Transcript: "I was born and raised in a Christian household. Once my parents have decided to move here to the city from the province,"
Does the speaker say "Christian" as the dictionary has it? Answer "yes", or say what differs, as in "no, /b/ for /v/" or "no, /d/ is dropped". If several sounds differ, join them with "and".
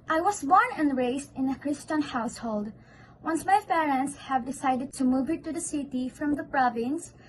yes